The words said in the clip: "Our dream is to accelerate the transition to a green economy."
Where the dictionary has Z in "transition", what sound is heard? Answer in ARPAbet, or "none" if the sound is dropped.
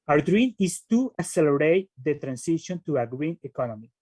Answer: S